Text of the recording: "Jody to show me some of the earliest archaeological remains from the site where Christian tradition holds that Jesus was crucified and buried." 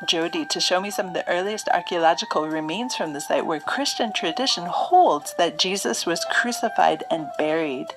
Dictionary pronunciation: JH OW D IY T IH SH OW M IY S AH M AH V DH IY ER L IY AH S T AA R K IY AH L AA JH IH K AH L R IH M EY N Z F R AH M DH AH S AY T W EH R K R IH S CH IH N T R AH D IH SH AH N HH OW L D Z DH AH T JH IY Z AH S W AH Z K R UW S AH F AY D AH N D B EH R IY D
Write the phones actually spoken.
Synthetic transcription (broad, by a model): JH OW D IY T IH SH OW M IY S AH M AH V DH IY ER L IY AH S T AA R K IY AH L AA JH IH K L R IH M EY N Z F R AH M DH AH S AY T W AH R K R IH S CH IH N T R AH D IH SH AH N HH OW L D Z DH AH T JH IY Z AH S W AH Z K R UW S AH F AY D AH N B EH R IY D